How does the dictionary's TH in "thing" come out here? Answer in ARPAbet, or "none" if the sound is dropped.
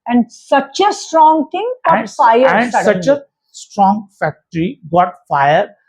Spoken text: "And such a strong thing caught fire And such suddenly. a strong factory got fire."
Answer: T